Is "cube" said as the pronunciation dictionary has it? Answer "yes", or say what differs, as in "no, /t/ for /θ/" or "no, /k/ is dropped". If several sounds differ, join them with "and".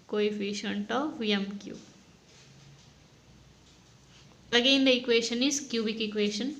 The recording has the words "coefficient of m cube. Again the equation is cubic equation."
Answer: no, /b/ is dropped